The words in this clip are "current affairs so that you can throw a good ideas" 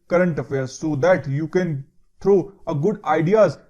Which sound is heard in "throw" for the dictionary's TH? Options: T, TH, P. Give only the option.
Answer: T